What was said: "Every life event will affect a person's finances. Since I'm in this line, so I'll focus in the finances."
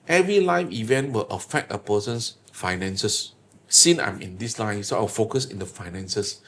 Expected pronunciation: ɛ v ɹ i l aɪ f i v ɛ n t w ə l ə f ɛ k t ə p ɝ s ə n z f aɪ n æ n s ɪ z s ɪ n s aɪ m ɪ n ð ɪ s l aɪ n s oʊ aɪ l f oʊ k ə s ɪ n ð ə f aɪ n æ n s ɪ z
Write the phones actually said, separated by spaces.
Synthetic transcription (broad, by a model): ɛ v ɹ i l aɪ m i v ɛ n t w ə l ə f ɛ k t ə p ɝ s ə n s f aɪ n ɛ n s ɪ s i n aɪ m ɪ n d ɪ s l aɪ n s oʊ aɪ w f oʊ k ə s ɪ n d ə f aɪ n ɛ n s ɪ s